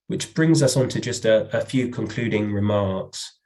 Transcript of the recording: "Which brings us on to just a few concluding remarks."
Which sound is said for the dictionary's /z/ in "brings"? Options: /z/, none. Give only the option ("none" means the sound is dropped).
/z/